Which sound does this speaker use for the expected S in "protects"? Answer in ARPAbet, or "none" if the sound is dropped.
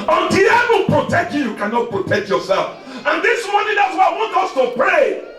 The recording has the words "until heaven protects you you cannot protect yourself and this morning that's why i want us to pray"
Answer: none